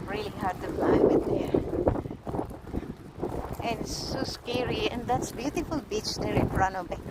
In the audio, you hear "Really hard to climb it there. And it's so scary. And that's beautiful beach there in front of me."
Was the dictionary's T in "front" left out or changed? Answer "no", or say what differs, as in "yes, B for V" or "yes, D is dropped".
yes, T is dropped